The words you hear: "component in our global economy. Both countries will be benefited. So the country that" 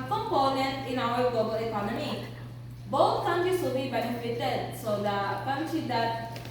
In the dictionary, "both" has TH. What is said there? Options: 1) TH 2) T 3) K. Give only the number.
2